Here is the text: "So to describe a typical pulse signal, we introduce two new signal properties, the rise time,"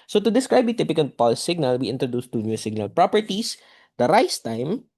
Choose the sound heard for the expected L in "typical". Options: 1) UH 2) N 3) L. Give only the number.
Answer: 2